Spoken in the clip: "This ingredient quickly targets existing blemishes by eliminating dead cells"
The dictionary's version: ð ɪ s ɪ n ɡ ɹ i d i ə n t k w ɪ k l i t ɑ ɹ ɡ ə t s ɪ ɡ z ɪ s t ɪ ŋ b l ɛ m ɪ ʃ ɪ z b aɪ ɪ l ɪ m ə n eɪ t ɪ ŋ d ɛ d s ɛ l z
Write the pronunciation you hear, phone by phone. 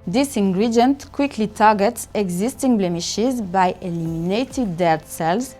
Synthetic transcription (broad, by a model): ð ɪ s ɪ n ɡ ɹ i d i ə n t k w ɪ k l i t ɑ ɹ ɡ ə t s ɪ ɡ z ɪ s t ɪ ŋ b l ɛ m ɪ ʃ ɪ z b aɪ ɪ l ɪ m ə n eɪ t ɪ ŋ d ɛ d s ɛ l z